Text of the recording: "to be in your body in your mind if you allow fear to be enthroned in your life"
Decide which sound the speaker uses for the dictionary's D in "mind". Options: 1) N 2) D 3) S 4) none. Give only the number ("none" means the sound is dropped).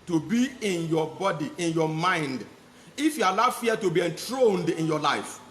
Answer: 2